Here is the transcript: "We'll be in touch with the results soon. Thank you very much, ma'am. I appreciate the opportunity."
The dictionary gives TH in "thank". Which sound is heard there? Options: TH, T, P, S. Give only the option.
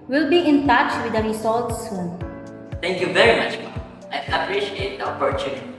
T